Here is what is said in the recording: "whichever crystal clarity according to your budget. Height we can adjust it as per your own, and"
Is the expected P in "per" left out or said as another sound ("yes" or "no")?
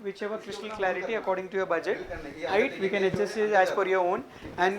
yes